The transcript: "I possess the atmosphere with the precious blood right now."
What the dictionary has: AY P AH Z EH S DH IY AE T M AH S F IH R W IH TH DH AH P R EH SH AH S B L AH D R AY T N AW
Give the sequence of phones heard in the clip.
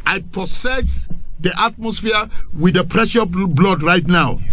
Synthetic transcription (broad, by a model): AY P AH S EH S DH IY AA T M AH S F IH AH W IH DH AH P R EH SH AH B L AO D R AY T N AW